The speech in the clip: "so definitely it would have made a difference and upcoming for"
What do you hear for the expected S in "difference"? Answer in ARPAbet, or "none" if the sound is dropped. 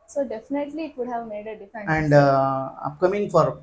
none